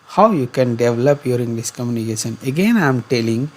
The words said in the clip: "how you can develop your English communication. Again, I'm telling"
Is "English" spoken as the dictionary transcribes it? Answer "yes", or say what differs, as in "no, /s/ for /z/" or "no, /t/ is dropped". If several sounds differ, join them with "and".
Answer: no, /s/ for /ʃ/